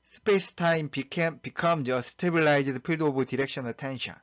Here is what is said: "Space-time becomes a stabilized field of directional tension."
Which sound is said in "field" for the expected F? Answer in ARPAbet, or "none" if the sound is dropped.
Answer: P